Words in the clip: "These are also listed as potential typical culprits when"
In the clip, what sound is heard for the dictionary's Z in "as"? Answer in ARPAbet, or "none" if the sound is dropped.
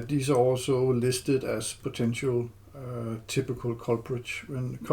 S